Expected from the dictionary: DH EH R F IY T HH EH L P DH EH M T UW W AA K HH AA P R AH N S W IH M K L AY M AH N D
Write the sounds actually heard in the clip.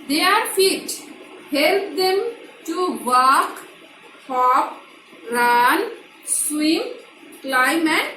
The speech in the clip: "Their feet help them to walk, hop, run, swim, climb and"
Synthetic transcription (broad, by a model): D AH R F IY T HH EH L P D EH M T UW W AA K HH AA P R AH N S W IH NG K L AY M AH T